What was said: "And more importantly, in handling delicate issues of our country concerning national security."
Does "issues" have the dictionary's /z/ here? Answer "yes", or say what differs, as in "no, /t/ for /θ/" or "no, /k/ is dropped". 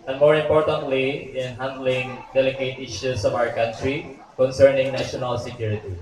no, /s/ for /z/